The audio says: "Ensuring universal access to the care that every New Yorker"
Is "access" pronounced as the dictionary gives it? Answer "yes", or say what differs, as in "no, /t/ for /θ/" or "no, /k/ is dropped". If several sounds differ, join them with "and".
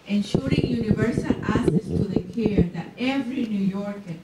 no, /k/ is dropped